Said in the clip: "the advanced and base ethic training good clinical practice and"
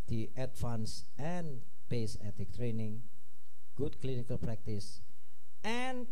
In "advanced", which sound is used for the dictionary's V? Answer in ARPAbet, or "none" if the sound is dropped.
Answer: F